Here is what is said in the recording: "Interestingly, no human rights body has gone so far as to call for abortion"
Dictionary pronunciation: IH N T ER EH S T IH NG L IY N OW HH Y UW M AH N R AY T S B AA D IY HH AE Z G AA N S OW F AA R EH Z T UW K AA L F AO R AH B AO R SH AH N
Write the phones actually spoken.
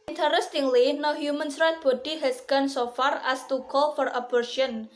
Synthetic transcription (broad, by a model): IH N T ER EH S T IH NG L IY N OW HH Y UW M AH N R AY T B AA D IY HH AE S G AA N S OW F AA R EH S T UW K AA L F AO R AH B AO R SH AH N